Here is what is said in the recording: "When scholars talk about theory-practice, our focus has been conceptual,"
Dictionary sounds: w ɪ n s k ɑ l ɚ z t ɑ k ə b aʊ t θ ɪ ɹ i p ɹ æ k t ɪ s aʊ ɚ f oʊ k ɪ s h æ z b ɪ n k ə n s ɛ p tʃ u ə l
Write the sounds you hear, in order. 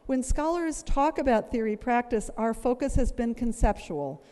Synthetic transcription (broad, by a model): w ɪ n s k ɑ l ɚ z t ɑ k ə b aʊ t θ ɪ ɹ i p ɹ æ k t ɪ s aʊ ɚ f oʊ k ɪ s h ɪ z b ɪ n k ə n s ɛ p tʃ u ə l